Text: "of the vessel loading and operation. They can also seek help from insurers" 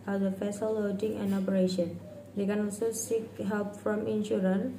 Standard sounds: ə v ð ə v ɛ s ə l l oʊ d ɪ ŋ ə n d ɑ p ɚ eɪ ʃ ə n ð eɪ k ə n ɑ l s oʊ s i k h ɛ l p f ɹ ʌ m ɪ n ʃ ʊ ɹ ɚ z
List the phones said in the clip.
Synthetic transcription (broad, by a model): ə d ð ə f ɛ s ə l l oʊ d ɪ ŋ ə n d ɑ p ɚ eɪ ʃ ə n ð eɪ k ə n ɑ l s oʊ s i k h ɛ l p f ɹ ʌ m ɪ n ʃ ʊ ɹ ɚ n